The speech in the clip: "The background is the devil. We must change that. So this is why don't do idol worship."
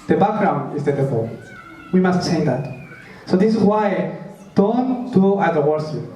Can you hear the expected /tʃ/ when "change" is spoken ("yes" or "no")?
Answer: no